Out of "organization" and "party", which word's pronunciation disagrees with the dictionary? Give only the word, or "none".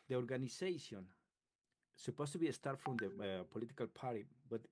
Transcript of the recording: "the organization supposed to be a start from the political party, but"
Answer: organization